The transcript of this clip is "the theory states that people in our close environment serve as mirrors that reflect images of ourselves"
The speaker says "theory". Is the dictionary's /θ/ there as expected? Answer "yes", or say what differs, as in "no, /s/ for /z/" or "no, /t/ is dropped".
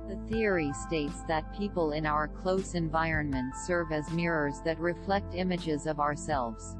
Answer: yes